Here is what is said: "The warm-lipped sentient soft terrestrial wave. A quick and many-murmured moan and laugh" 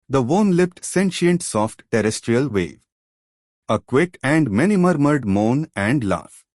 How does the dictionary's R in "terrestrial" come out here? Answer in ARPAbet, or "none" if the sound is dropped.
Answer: R